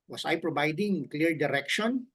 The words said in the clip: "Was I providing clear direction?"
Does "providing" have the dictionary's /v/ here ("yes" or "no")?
no